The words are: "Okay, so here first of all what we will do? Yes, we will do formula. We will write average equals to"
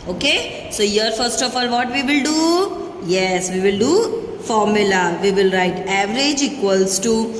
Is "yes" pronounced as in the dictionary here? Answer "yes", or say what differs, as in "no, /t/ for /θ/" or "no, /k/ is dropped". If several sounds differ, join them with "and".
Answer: yes